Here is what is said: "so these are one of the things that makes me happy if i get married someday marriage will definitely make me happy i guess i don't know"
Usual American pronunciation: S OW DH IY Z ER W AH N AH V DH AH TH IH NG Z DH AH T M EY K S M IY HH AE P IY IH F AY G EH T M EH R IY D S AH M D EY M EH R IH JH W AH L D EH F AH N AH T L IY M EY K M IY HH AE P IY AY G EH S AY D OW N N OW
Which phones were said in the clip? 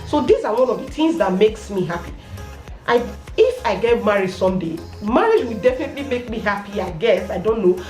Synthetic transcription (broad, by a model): S OW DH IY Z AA W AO N AH V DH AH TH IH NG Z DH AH T M EY K S M IY HH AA P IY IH F AY G EH T M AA R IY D S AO M D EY M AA R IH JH W AH L D EH F AH N AH T L IY M EY K M IY HH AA P IY AY G EH S AY D OW N N OW